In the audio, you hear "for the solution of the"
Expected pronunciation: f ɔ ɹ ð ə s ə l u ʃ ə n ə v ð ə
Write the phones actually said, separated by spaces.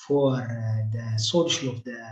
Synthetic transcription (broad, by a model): f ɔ ɹ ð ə s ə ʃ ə l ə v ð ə